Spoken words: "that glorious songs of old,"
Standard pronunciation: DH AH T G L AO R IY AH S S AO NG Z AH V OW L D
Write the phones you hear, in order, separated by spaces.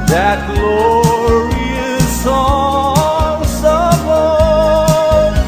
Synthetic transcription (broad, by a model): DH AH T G L AO R IY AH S S AO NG S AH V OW